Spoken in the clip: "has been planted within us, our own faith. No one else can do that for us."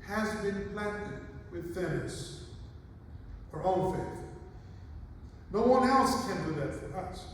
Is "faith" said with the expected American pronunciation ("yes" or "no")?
yes